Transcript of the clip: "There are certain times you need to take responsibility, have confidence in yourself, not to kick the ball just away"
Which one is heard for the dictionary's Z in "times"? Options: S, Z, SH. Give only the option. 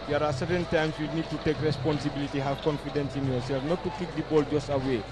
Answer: S